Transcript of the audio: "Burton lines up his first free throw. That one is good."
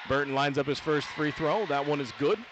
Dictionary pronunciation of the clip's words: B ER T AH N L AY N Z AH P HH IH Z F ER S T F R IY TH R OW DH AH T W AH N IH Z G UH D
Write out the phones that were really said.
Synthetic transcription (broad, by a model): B ER T N L AY N Z AH P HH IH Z F ER S T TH R IY TH R OW DH AH T W AH N IH Z G UH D